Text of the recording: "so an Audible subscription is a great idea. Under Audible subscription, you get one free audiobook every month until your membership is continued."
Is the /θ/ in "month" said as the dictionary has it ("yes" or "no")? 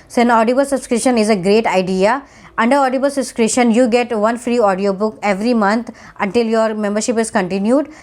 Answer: no